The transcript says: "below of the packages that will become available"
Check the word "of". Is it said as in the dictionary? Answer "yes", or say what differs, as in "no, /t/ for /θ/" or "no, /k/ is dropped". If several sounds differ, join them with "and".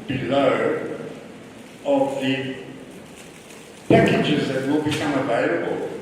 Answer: yes